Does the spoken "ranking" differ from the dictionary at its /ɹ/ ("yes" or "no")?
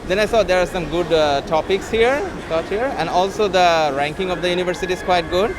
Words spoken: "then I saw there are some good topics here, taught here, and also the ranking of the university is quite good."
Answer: no